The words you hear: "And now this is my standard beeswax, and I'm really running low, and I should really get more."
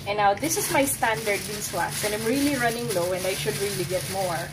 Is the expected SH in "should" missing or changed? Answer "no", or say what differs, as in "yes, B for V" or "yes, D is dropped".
no